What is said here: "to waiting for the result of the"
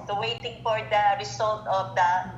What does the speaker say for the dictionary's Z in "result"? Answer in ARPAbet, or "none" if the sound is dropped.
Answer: S